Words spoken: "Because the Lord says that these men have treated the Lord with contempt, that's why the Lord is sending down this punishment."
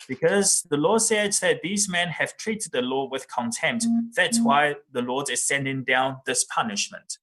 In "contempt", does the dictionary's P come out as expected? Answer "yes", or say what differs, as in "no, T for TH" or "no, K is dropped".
yes